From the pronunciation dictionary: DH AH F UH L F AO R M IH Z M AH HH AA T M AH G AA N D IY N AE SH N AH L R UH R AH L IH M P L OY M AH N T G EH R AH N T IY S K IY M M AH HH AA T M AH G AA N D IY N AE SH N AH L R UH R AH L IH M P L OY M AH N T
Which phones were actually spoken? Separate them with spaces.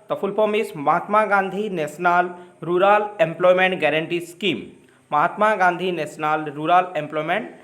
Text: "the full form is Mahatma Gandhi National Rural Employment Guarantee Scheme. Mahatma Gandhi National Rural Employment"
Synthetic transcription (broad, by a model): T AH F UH L P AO M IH S M AH HH AA T M AH G AA N D IY N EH S N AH L R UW R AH L IH M P L OY M AH N T G EH R AH N T IY S K IY M M AH HH AA T M AH G AA N D IY N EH S N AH L R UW R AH L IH M P L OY M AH N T